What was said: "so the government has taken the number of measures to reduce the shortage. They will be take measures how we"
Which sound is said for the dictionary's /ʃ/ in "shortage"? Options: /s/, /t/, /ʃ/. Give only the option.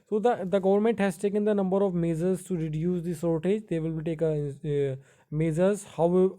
/s/